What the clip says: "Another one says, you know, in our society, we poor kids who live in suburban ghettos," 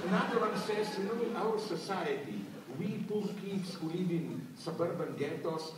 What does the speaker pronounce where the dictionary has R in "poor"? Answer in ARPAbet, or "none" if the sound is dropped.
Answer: L